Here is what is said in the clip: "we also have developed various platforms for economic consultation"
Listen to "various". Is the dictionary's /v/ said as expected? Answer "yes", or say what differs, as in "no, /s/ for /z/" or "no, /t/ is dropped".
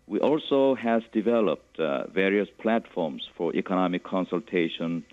yes